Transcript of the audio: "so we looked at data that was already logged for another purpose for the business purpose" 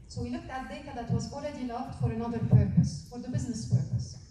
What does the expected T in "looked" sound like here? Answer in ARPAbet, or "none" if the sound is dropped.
T